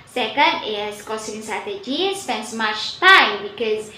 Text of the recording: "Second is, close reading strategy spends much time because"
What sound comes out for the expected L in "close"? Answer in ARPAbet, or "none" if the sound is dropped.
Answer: none